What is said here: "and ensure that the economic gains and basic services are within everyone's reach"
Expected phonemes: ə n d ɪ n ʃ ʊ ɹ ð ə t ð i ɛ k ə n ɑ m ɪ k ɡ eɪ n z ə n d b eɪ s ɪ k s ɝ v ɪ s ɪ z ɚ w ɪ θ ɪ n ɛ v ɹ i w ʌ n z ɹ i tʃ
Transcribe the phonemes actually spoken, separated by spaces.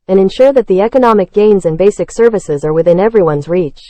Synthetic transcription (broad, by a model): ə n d ɪ n ʃ ʊ ɹ ð ə t ð i ɛ k ə n ɑ m ɪ k ɡ eɪ n z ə n b eɪ s ɪ k s ɝ v ɪ s ɪ z ɚ w ɪ θ ɪ n ɛ v ɹ i w ʌ n z ɹ i tʃ